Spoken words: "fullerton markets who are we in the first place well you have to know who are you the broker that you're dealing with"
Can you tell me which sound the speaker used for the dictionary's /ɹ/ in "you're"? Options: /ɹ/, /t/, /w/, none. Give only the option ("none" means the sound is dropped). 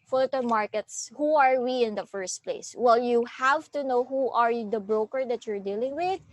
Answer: /ɹ/